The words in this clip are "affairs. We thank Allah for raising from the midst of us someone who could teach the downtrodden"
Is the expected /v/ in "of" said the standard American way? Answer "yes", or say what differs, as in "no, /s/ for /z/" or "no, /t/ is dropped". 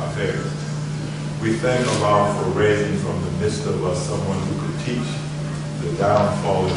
no, /w/ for /v/